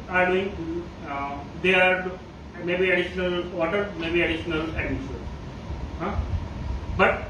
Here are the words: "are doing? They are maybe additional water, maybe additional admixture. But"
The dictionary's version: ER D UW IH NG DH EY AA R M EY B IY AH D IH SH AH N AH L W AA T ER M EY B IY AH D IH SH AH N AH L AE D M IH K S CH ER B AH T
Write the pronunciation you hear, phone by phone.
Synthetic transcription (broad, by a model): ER D UW IH NG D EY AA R M EY B IY AH D IH SH AH N AH L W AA T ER M EY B IY AH D IH SH AH N AH L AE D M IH S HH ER B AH T